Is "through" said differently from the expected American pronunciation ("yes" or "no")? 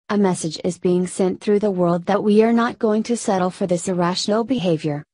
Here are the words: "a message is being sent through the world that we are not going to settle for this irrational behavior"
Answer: no